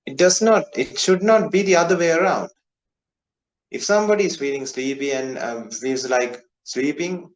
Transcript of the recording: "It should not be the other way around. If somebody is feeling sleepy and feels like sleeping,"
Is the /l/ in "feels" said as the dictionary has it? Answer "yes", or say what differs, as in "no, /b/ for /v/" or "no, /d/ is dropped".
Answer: no, /l/ is dropped